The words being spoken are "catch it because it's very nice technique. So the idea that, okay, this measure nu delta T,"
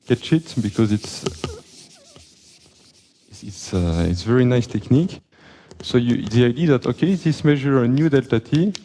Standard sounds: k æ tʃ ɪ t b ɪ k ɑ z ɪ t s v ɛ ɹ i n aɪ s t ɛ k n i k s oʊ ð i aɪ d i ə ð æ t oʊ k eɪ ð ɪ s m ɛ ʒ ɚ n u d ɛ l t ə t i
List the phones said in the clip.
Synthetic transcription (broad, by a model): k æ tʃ ɪ t b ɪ k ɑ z ɪ t s v ɛ ɹ i n aɪ s t ɛ k n i k s oʊ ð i aɪ d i ð æ t oʊ k eɪ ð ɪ s m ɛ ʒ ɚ n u d ɛ l t ə t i